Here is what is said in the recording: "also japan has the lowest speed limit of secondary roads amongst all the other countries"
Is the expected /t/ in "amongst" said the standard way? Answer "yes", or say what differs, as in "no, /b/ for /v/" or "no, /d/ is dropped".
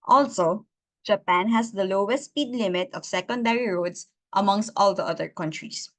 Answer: yes